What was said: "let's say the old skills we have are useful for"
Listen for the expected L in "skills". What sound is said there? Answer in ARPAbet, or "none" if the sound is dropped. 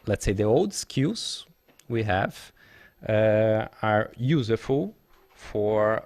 none